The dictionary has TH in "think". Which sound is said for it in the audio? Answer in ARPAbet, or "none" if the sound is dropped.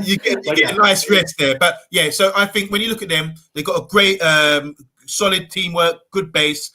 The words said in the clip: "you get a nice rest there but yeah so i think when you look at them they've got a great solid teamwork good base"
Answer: TH